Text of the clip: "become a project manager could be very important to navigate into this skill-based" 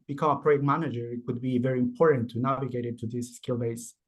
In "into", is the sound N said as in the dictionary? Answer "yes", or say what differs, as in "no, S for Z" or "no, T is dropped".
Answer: no, N is dropped